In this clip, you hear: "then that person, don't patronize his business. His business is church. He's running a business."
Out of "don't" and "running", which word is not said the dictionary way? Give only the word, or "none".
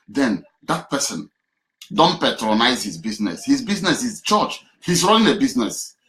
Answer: running